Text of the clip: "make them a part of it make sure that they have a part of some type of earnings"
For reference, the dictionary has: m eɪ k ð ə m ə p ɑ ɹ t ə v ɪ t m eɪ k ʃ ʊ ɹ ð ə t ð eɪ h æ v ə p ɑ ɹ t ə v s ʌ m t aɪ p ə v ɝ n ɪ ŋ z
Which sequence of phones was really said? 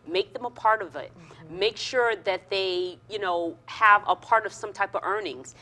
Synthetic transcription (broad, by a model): m eɪ k ð ə m ə p ɑ ɹ t ə v ɪ t m eɪ k ʃ ʊ ɹ ð ə t ð eɪ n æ v ə p ɑ ɹ t ə v s ʌ m t aɪ p ə v ɝ n ɪ ŋ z